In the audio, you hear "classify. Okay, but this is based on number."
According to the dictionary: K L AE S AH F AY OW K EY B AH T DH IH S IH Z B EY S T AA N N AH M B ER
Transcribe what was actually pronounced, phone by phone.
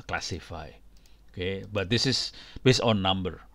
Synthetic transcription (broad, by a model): K L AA S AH F AY OW K EY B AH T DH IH S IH S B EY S AA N N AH M B ER